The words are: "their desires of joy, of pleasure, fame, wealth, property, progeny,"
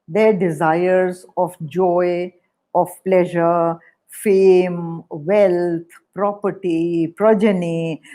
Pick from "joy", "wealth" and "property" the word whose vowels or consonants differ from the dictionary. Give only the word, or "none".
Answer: wealth